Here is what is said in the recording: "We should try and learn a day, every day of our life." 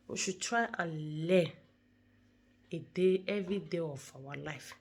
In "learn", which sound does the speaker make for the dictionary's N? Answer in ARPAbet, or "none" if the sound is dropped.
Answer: none